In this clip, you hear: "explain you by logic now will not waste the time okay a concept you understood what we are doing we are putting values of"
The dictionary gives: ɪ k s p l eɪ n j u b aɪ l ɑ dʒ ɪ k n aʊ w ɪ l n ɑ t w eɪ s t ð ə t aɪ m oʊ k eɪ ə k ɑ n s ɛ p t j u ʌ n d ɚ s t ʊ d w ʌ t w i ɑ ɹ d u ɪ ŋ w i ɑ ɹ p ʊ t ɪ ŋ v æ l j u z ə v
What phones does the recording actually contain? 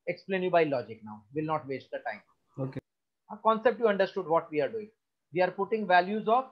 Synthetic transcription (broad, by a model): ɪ k s p l eɪ n j u b aɪ l ɑ dʒ ɪ k n aʊ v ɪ l n ɑ t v eɪ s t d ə t aɪ m oʊ k eɪ ə k ɑ n s ɛ p t j u ʌ n d ɚ s t ʊ d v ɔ t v i ɑ ɹ d u ɪ ŋ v i ɑ ɹ p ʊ t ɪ ŋ v æ l j u z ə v